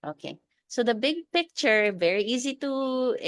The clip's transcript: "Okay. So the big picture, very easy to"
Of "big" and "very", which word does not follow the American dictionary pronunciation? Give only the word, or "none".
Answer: none